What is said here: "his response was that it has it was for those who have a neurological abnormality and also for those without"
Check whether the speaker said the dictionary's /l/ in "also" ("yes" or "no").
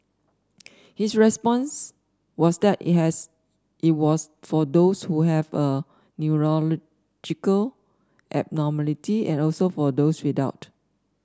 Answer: yes